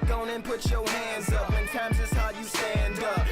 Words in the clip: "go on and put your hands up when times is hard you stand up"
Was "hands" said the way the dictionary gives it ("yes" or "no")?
yes